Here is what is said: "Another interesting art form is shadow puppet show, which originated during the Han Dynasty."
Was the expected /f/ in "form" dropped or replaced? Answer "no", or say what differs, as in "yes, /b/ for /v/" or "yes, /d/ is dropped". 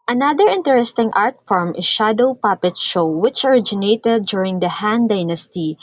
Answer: no